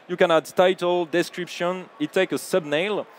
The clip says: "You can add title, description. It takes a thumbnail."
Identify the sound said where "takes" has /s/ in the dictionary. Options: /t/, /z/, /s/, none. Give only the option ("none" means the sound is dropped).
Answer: none